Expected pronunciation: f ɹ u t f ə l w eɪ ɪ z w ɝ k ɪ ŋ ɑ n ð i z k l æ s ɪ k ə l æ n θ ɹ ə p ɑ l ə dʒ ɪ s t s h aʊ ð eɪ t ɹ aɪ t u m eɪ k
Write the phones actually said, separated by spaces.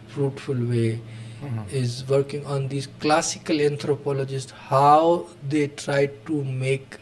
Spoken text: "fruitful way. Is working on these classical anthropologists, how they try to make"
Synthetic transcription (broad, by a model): f ɹ u t f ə l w eɪ ɪ z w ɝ k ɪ ŋ ɑ n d i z k l æ s ɪ k ə l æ n t ɹ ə p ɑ l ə dʒ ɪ s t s h aʊ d eɪ t ɹ aɪ t u m eɪ k